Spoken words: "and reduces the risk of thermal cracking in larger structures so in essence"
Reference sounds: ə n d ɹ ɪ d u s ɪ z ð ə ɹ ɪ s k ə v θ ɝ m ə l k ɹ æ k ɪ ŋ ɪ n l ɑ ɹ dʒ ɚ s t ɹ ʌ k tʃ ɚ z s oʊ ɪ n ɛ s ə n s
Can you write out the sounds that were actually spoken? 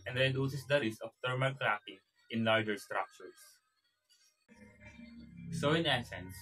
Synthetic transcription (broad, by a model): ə n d ɹ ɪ d u s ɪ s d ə ɹ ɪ s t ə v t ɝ m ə l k l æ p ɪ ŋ ɪ n l ɑ ɹ dʒ ɚ s t ɹ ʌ k tʃ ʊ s s oʊ ɪ n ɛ s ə n s